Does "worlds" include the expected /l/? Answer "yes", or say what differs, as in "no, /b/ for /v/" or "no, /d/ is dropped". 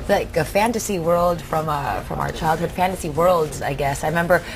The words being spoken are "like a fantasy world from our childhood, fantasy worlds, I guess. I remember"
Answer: yes